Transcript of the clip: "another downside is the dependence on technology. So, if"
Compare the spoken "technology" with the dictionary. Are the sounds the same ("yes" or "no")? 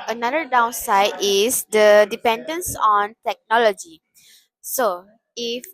yes